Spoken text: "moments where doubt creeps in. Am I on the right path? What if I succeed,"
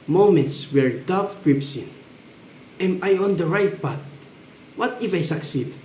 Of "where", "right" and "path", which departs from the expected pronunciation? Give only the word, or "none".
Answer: path